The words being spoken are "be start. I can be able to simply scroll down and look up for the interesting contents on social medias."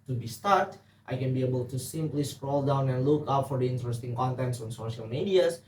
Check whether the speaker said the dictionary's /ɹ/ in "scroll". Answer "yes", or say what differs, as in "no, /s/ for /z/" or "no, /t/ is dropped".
yes